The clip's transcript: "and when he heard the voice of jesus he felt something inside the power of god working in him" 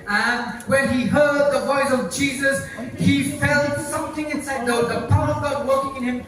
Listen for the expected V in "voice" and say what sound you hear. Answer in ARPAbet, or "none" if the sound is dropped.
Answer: V